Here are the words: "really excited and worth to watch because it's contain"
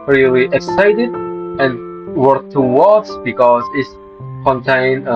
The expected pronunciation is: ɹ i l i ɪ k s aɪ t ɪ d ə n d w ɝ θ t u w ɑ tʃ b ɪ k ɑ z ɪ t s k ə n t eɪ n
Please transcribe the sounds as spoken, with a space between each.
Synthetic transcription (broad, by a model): ɹ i l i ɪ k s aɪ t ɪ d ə n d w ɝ t u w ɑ s b ɪ k ɑ z ɪ t s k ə n t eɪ n